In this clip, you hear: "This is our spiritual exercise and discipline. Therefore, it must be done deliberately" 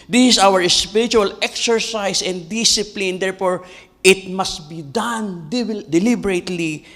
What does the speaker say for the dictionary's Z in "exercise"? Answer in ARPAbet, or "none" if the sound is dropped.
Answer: S